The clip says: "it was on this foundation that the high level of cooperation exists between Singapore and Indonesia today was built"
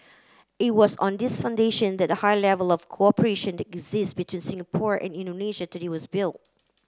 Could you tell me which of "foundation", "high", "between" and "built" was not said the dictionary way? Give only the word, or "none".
none